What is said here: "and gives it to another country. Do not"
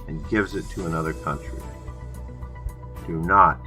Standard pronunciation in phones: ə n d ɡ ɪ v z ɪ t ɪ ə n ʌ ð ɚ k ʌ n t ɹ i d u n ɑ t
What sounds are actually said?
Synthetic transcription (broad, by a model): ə n ɡ ɪ v z ɪ t ɪ ə n ʌ ð ɚ k ʌ n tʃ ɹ i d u n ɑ t